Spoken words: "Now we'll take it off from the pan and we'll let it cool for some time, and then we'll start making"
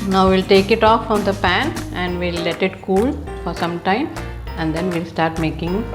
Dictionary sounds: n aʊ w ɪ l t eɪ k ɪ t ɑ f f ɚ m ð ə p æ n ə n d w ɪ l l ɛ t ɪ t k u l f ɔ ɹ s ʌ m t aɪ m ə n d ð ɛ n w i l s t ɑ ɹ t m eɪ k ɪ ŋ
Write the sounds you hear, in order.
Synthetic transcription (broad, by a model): n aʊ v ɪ l t eɪ k ɪ t ɑ f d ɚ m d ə p æ n ə n d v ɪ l l ɛ t ɪ t k u l f ɔ ɹ s ʌ m t aɪ m ə n d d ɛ n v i l s t ɑ ɹ t m eɪ k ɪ ŋ